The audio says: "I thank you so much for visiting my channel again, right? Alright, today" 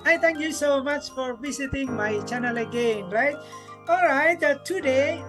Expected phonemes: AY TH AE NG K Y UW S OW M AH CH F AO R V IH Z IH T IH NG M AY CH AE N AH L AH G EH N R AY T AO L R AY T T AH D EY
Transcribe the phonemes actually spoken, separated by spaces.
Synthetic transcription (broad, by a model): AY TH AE NG K Y UW S OW M AH CH F AO R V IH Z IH T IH NG M AY CH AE N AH L AH G EH N R AY T AO L R AY T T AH D EY